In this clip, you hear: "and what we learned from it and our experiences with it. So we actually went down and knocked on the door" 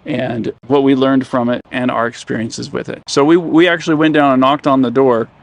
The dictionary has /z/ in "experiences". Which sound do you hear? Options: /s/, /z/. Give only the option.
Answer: /z/